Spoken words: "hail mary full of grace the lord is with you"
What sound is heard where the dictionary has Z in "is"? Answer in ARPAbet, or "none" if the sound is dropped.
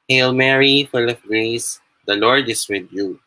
S